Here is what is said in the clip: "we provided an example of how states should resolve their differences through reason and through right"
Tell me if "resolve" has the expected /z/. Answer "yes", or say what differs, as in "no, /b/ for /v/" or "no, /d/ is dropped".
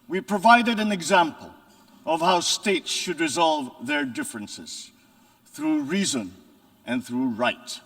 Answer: yes